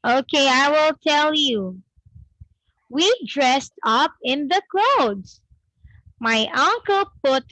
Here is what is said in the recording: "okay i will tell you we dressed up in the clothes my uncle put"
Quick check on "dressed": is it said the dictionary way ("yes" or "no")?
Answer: yes